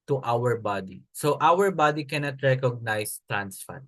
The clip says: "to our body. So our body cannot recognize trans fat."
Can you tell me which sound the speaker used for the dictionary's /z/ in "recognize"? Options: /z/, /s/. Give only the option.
/s/